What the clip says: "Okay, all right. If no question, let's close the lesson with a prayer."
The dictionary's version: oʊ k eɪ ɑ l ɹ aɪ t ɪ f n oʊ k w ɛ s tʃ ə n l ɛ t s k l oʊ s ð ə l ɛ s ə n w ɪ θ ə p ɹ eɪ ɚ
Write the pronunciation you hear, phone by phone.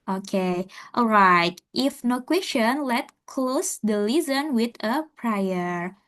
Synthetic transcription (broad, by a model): oʊ k eɪ ɑ l ɹ aɪ t ɪ f n oʊ k w ɛ s tʃ ə n l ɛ t k l oʊ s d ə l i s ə n w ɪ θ ə p ɹ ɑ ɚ